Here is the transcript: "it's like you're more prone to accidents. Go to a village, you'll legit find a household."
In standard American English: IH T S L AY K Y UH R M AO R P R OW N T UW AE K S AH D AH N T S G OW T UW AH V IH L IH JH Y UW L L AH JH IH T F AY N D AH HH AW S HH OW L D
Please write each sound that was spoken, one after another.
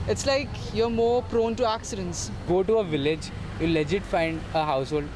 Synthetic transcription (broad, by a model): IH T S L AY K Y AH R M AO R P R OW N T UW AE K S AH D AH N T S G OW T UW AH V IH L IH JH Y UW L L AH JH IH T F AY N D AH HH AW S HH OW L D